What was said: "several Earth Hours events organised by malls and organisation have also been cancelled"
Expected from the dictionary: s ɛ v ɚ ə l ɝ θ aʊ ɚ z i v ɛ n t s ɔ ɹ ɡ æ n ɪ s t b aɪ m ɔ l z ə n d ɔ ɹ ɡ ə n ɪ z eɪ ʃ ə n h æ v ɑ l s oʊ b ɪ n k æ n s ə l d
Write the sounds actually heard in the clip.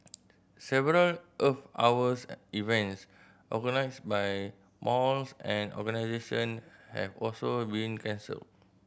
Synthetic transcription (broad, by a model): s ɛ v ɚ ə l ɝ f aʊ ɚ s i v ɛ n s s ɔ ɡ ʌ n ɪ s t b aɪ m ɔ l s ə n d ɔ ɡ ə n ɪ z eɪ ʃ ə n h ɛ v ɑ l s oʊ b ɪ n k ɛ n s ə l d